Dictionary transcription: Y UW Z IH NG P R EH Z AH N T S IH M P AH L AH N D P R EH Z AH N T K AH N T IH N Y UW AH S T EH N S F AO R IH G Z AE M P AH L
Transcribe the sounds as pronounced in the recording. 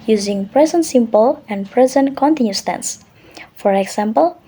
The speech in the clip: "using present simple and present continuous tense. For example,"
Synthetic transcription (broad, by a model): Y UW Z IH NG P R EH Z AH N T S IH M P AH L AH N D P R EH Z AH N T K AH N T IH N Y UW S T EH N S F AO R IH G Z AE M P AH L